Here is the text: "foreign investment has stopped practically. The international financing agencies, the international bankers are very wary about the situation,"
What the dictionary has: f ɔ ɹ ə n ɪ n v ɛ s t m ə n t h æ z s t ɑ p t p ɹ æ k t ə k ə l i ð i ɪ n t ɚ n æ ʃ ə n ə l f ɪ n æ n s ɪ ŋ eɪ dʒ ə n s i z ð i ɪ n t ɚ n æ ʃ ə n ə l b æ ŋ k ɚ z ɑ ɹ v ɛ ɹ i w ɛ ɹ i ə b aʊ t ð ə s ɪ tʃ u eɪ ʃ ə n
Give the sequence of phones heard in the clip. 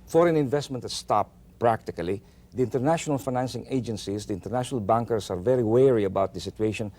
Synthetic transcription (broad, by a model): f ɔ ɹ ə n ɪ n v ɛ s t m ə n t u s t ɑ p p ɹ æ k t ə k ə l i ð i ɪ n t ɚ n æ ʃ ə n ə l f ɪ n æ n s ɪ ŋ eɪ dʒ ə n s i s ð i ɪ n t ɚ n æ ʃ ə n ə l b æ ŋ k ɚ s ɑ ɹ v ɛ ɹ i w ɛ ɹ i ə b aʊ t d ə s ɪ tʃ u eɪ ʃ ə n